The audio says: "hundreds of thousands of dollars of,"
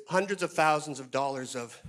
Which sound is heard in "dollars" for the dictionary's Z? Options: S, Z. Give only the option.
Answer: Z